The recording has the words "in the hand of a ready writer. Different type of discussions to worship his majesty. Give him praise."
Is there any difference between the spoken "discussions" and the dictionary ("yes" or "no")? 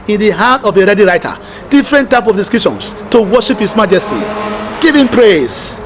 yes